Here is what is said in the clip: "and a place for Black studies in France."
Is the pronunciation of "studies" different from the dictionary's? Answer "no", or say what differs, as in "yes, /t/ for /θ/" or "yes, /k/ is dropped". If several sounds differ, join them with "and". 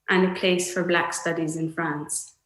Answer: no